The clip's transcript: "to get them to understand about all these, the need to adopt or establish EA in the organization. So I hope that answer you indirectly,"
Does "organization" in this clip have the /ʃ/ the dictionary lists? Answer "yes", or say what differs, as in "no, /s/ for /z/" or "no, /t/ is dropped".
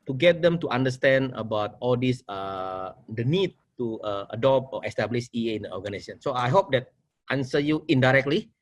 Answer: no, /s/ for /ʃ/